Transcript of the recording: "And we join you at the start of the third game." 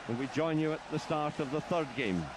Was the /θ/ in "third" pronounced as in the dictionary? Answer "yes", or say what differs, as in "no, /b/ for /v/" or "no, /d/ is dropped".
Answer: yes